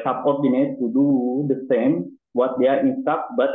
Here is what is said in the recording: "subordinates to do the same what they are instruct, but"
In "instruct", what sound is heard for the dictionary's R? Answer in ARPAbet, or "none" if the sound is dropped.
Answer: none